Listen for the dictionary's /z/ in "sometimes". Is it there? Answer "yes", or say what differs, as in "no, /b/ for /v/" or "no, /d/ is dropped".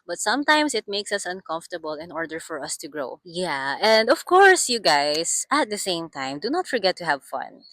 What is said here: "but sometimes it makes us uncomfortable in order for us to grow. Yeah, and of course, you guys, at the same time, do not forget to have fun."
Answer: no, /s/ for /z/